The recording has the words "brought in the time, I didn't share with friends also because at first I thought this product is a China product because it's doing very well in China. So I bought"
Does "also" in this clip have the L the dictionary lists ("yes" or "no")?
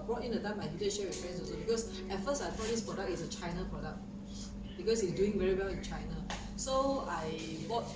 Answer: no